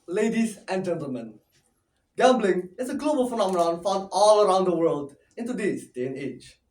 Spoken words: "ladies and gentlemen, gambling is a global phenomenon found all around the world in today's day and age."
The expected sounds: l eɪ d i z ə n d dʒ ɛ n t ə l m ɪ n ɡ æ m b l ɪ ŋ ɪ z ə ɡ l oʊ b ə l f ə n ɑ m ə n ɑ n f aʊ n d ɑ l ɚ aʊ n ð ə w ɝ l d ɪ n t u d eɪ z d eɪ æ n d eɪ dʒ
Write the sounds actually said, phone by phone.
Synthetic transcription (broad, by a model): l eɪ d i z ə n dʒ ɛ n t ə l m ɪ n ɡ æ m b l ɪ ŋ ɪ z ə ɡ l oʊ b ə l f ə n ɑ m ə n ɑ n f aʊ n ɑ l ɚ aʊ n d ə w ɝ l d ɪ n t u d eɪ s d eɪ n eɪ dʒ